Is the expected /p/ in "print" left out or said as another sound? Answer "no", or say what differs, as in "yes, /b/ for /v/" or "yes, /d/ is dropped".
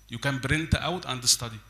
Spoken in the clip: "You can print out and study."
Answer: yes, /b/ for /p/